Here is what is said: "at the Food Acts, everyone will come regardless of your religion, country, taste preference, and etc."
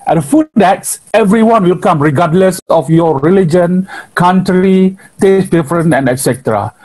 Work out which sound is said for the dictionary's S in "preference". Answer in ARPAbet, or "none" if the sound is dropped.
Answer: none